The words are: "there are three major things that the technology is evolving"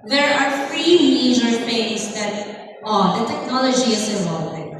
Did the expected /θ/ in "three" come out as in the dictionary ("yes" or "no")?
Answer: no